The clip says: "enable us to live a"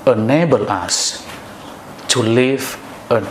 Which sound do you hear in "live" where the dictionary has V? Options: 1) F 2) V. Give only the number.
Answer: 1